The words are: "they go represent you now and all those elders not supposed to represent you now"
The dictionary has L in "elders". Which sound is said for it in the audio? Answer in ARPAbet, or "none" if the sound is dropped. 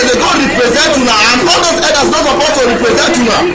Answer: none